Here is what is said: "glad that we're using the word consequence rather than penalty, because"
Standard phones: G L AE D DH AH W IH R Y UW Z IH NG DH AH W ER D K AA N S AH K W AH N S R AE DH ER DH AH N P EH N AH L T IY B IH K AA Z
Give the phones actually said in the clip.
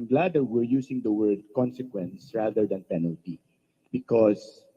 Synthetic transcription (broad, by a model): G L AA D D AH W IH R Y UW S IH NG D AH W ER D K AA N S AH K W AH N S R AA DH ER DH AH N P EH N AH L T IY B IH K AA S